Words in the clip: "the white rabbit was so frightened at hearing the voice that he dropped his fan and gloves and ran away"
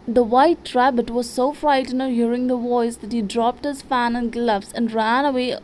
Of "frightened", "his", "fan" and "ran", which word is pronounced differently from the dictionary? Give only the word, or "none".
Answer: frightened